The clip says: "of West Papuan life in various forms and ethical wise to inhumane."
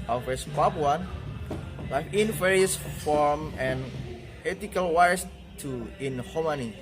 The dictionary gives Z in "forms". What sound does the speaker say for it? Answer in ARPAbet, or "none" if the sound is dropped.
none